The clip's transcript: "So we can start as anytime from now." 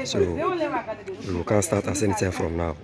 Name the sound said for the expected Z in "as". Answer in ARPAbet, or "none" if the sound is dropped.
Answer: S